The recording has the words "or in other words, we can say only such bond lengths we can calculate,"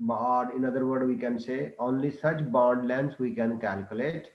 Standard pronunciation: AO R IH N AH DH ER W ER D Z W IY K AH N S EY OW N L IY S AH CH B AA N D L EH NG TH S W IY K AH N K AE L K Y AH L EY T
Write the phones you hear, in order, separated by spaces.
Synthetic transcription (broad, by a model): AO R IH N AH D ER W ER D W IY K AH N S EY OW N L IY S AH CH B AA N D L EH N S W IY K AH N K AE L K Y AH L EY T